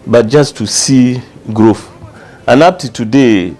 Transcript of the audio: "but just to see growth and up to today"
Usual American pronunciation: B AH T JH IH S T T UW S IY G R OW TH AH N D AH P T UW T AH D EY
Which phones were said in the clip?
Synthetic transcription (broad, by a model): B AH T JH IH S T T UW S IY G R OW F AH N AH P T UW T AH D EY